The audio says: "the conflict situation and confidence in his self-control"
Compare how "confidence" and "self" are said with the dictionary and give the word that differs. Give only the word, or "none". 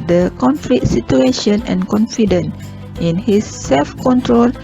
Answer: confidence